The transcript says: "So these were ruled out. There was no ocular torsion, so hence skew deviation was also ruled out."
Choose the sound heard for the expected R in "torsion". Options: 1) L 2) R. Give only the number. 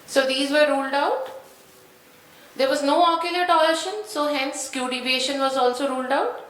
1